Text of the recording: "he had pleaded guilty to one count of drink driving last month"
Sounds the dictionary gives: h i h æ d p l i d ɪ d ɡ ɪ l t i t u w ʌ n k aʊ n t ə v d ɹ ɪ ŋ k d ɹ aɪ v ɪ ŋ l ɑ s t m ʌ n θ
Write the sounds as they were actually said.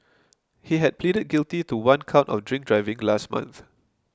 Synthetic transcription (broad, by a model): h i h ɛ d p l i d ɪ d ɡ ɪ l t i t u w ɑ n k aʊ n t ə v d ɹ ɪ ŋ k d ɹ aɪ v ɪ ŋ l ɑ s t m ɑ n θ